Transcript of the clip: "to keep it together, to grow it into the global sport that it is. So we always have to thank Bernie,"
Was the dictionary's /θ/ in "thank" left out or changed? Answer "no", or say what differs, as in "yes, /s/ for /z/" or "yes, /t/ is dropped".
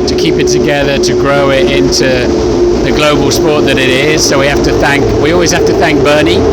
no